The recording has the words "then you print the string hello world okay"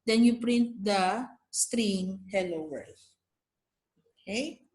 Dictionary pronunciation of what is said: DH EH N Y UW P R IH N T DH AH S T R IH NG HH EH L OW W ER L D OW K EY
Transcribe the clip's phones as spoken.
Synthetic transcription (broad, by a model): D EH N Y UW P R IH N T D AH S T R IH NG HH EH L OW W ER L OW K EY